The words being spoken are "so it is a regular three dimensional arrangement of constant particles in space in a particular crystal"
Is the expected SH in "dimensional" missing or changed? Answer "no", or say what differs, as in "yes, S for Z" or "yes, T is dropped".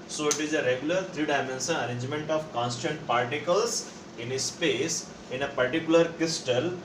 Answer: yes, S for SH